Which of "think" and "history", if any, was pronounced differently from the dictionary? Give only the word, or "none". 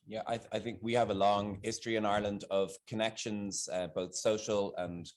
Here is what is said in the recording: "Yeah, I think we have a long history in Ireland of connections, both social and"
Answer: none